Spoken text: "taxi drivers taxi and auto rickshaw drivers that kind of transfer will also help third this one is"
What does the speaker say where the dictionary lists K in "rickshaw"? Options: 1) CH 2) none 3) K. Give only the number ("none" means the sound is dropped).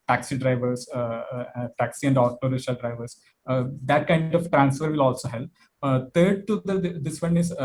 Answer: 2